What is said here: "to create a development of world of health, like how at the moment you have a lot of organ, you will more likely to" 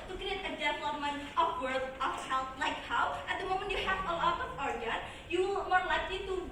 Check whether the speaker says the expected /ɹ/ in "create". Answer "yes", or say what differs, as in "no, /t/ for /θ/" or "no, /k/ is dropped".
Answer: no, /ɹ/ is dropped